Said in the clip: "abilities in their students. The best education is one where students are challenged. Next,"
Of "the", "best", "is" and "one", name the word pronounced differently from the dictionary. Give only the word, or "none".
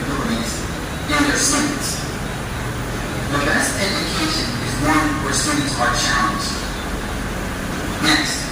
none